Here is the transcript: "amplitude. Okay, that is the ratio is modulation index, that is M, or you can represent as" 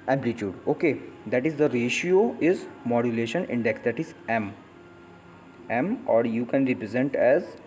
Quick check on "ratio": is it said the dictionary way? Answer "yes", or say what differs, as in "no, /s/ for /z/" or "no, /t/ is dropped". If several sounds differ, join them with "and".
yes